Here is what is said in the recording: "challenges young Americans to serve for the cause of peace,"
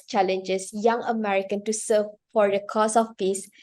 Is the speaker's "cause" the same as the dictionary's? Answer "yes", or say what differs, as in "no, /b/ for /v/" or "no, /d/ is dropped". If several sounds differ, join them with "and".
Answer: no, /s/ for /z/